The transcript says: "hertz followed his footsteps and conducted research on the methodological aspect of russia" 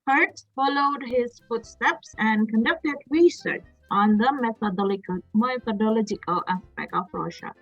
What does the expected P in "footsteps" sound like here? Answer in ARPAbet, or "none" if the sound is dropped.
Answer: P